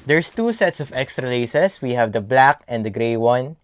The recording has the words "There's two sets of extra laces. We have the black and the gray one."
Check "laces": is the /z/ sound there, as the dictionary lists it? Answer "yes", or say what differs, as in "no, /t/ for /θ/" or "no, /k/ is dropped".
no, /s/ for /z/